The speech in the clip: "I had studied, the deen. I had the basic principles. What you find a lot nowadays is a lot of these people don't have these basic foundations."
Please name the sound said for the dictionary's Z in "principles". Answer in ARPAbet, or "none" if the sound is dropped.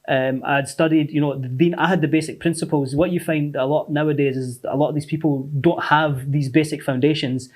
Z